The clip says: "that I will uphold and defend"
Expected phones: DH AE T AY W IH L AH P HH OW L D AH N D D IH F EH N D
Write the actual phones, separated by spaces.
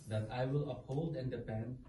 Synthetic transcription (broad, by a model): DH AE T AY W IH L AH P HH OW L D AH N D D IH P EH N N